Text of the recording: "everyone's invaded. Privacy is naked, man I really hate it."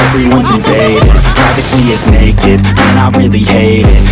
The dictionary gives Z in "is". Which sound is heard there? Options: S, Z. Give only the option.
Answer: Z